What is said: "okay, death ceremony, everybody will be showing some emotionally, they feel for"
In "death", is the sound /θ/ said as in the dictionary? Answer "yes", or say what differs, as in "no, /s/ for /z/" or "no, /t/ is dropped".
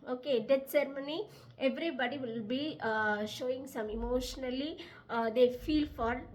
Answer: no, /t/ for /θ/